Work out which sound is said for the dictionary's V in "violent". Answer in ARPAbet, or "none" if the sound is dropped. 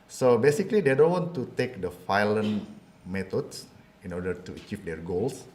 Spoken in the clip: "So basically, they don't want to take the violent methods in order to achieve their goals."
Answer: F